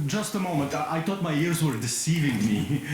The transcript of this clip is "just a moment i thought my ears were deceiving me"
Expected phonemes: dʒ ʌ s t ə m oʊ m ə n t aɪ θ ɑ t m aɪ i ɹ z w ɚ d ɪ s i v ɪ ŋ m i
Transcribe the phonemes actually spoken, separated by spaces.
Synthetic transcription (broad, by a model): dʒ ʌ s t ə m oʊ m ə n t aɪ t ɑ t m aɪ i ɹ z w ɚ d ɪ s i v ɪ ŋ m i